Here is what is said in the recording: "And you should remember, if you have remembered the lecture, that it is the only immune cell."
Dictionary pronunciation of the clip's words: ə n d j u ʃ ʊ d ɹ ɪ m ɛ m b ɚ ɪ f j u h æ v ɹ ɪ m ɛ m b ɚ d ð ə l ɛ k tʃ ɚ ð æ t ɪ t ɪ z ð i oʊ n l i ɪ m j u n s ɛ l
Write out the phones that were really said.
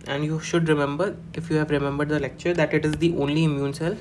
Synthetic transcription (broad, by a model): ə n d j u ʃ ʊ d ɹ ɪ m ɛ m b ɚ ɪ f j u h æ v ɹ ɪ m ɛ m b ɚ d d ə l ɛ k tʃ ɚ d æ t ɪ t ɪ z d i oʊ n l i ɪ m j u n s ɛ l